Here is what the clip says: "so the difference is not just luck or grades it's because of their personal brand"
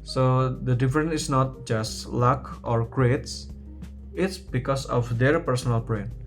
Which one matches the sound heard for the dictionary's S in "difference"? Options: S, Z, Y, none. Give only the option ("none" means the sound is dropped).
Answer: none